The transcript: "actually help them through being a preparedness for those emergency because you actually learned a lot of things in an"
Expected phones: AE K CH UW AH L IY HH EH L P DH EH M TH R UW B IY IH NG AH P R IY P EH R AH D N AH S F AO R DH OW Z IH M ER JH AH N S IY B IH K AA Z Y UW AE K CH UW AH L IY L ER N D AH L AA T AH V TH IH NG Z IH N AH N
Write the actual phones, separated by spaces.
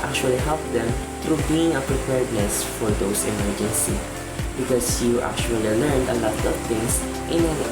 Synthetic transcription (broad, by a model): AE K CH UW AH L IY HH EH L P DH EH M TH R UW B IY IH NG AH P R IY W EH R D N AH S F AO R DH OW S IH M ER JH AH N S IY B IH K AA S Y UW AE K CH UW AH L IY L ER N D AH L AA T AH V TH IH NG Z IH N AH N